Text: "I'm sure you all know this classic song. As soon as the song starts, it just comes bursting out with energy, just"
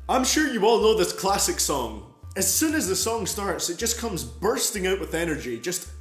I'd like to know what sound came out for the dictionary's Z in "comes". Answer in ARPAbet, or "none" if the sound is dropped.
Z